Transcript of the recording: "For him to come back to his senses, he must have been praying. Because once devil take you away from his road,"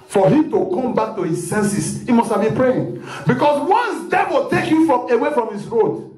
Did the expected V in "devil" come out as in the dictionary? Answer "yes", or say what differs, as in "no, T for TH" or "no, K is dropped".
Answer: no, W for V